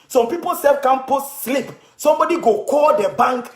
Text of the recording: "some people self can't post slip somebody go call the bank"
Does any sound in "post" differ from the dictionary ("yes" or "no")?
yes